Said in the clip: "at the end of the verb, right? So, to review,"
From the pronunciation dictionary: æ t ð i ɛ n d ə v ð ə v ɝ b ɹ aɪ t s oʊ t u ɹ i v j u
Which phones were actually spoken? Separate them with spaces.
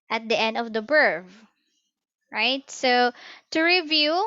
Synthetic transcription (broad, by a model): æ t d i ɛ n d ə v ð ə b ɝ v ɹ aɪ t s oʊ t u ɹ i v j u